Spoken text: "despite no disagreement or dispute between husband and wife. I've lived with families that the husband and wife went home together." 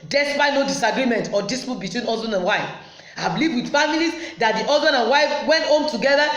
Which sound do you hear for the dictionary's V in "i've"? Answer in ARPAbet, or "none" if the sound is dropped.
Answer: B